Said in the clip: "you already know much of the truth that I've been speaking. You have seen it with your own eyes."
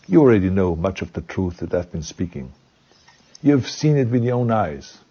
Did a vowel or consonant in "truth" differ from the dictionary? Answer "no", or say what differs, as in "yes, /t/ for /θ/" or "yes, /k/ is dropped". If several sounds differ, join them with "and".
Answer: no